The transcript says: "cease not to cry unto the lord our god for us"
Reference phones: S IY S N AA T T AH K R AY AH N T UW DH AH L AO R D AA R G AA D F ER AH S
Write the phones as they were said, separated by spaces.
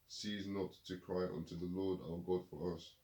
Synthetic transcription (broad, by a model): S IY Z N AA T T AH K R AY AH N T UW DH AH L AO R D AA L G AA D F ER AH S